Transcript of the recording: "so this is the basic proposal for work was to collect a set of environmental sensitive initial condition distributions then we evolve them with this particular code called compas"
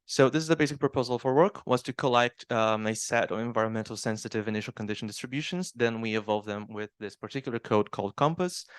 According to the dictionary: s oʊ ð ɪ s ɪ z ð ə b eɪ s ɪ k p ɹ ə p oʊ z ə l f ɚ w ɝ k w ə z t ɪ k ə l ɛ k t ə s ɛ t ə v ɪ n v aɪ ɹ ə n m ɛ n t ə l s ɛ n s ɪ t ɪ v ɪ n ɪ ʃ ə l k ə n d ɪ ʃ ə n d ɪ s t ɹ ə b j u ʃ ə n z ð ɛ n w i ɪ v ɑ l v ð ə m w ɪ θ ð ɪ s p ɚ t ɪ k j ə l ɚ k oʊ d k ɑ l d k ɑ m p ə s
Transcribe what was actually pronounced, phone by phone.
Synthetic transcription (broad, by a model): s oʊ ð ɪ s ɪ z ð ə b eɪ s ɪ k p ɹ ə p oʊ z ə l f ɚ w ɝ k w ə z t ɪ k ə l ɛ k t ə s ɛ t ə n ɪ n v aɪ ɹ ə n m ɛ n t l s ɛ n s ɪ t ɪ v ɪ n ɪ ʃ l k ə n d ɪ ʃ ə n d ɪ s t ɹ ə b j u ʃ ə n z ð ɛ n w i ɪ v ɑ l v ð ə m w ɪ ð ɪ s p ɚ t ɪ k j l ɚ k oʊ d k ɑ l d k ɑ m p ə s